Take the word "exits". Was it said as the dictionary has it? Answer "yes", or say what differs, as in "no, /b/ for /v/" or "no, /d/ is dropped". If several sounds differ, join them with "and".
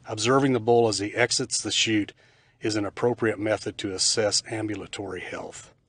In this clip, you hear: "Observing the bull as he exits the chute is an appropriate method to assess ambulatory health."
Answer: yes